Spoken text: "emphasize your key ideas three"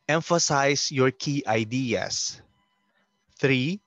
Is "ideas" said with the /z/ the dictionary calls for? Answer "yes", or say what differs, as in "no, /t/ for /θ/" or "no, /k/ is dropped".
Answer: no, /s/ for /z/